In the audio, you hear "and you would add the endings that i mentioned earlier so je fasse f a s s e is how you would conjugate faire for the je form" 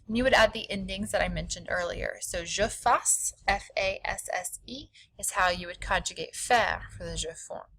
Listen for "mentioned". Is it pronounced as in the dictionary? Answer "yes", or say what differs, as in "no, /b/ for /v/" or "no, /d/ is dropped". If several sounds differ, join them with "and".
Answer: yes